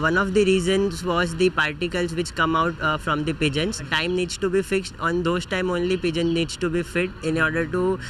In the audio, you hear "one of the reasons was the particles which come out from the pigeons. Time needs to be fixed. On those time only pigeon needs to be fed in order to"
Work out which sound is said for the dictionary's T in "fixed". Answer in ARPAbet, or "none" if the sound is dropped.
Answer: T